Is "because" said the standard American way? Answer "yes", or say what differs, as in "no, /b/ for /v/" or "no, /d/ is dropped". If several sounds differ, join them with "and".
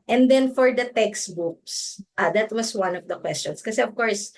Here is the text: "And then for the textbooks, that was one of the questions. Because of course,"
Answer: no, /z/ is dropped